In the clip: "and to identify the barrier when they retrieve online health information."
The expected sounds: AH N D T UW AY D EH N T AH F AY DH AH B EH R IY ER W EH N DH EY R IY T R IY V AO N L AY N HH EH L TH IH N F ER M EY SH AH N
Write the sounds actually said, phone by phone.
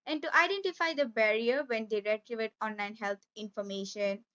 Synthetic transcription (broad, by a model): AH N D T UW AY D EH N T AH F AY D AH B EH R IY ER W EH N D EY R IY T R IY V AO N L AY N HH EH L T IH N F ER M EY SH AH N